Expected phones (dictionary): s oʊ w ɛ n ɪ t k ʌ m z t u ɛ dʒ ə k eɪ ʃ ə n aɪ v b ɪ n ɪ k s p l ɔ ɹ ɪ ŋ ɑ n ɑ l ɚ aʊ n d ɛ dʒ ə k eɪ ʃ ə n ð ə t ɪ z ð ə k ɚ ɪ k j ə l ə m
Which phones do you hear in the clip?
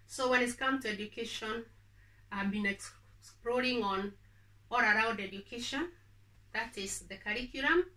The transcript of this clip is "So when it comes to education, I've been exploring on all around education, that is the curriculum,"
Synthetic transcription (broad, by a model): s oʊ w ɛ n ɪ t k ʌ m t u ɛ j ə k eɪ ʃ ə n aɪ b ɪ n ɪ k s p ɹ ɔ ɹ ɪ ŋ ɑ n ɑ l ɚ aʊ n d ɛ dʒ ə k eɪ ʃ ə n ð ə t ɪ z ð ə k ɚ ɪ k j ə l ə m